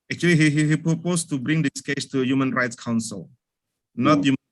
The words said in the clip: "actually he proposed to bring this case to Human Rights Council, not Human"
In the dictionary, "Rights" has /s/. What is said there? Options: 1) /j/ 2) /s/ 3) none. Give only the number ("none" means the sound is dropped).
2